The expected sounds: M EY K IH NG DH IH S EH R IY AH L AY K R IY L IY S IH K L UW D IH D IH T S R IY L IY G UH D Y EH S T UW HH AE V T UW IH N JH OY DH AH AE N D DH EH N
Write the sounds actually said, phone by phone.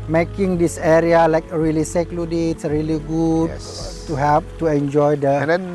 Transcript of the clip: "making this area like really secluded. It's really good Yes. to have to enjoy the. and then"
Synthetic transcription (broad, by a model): M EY K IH NG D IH S EH R IY AH L AY K R IY L IY S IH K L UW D D IH T S R IY L IY G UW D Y T UW HH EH P T UW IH N JH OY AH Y D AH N